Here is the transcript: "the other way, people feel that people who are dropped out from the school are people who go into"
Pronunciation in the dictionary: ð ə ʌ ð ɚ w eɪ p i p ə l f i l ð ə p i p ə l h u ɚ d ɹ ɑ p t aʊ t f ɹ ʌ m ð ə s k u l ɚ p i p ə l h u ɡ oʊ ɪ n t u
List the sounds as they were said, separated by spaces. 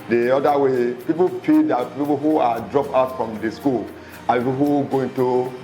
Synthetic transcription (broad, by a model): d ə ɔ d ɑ w eɪ p i p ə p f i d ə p i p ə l h u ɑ d ɹ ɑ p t aʊ t f ɹ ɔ m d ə s k u l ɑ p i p h u ɡ oʊ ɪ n t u